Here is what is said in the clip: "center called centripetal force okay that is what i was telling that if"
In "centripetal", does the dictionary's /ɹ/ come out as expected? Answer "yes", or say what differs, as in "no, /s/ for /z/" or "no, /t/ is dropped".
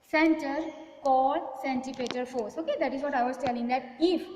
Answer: no, /ɹ/ is dropped